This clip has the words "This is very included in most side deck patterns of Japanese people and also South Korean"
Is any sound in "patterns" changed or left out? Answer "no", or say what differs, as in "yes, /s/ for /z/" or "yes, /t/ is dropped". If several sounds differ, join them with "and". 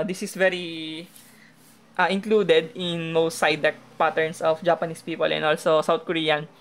yes, /s/ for /z/